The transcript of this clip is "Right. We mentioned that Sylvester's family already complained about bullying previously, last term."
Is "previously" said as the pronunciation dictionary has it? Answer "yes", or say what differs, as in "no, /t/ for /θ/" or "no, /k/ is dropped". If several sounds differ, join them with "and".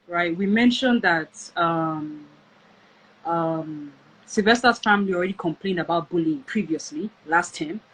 yes